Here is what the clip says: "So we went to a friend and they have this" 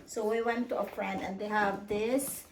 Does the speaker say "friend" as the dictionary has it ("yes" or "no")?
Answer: no